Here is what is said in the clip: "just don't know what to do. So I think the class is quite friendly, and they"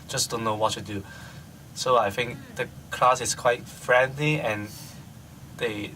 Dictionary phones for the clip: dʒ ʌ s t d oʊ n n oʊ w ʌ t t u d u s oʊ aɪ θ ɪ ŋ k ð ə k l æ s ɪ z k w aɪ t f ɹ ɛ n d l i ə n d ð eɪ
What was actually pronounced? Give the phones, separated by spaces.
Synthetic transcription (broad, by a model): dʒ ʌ s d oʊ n n oʊ w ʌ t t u d u s oʊ aɪ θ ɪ ŋ k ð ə k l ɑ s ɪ s k w aɪ t f ɹ ɛ n d l i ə n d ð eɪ